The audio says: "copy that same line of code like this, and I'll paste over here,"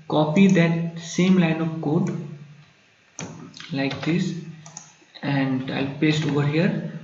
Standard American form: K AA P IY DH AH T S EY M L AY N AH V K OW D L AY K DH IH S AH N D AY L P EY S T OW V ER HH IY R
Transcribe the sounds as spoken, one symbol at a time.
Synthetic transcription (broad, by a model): K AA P IY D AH T S EY M L AY N AH V K OW D L AY K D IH S AH N D AY L P EY S T OW V ER HH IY R